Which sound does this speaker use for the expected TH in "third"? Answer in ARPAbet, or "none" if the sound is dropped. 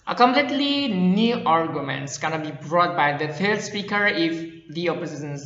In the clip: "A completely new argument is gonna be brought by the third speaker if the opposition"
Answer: F